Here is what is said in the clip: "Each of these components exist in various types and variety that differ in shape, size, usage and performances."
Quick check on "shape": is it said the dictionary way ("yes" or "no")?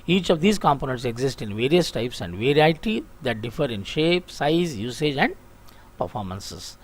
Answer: yes